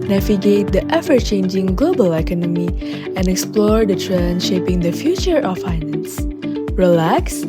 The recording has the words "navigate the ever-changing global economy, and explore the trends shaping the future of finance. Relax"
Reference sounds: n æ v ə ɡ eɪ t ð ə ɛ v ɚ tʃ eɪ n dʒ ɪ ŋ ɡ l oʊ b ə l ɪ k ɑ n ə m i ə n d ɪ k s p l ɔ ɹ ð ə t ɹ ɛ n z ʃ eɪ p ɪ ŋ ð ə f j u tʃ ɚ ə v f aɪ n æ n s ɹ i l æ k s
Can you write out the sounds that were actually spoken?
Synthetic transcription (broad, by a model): n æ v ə ɡ eɪ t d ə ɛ f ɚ tʃ eɪ n dʒ ɪ ŋ ɡ l oʊ b ə l ɪ k ɑ n ə m i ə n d ɪ k s p l ɔ ɹ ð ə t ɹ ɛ n ʃ eɪ p ɪ ŋ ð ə f j u tʃ ɚ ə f aɪ n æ n s ɹ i l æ k s